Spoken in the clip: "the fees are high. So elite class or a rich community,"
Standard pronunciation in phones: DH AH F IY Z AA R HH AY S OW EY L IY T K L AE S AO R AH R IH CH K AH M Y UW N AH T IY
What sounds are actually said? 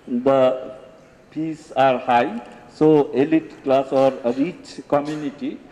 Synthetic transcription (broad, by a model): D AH P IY S AA R HH AY S OW EY L IY T K L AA S AO R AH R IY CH K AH M Y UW N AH T IY